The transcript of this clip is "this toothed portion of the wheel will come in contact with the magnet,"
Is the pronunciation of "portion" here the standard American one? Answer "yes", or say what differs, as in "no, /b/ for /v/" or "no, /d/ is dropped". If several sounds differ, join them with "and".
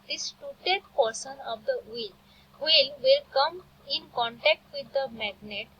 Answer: no, /s/ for /ʃ/